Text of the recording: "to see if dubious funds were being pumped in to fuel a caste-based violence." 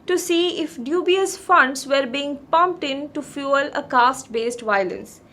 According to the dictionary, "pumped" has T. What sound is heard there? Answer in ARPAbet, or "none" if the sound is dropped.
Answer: T